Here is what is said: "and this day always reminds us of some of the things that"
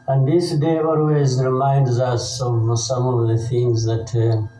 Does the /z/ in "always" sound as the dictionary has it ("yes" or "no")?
yes